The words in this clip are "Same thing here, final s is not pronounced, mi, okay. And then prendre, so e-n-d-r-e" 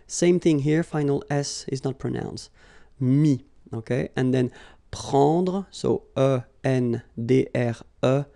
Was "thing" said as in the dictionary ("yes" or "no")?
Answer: yes